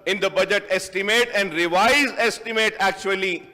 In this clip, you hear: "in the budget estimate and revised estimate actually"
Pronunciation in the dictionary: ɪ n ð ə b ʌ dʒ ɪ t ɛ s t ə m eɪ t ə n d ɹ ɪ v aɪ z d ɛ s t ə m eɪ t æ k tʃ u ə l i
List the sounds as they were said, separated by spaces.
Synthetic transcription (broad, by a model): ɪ n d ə b ʌ dʒ ɪ t ɛ s t ə m eɪ t ə n d ɹ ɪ v aɪ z ɛ s t ə m eɪ t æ k tʃ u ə l i